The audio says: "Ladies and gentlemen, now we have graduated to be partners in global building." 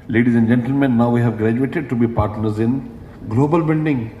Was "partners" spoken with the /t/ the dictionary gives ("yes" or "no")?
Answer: yes